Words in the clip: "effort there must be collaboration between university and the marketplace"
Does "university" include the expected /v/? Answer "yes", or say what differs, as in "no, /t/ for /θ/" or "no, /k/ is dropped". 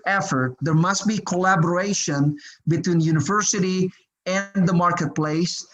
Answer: yes